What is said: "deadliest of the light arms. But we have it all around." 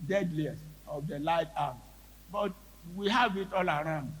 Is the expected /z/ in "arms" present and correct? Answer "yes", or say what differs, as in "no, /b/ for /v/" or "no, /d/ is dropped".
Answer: no, /z/ is dropped